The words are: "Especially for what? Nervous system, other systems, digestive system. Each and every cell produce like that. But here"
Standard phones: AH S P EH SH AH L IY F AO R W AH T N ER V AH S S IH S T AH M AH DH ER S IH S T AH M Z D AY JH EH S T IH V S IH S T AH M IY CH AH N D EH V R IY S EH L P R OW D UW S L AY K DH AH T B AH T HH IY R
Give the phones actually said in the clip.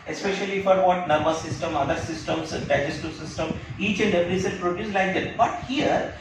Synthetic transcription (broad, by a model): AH S P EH SH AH L IY F AO R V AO T N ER B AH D S IH S T AH M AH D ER S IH S T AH M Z D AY JH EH S T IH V S IH S T AH M IY CH AH N D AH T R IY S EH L P R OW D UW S L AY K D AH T B AH T HH IY R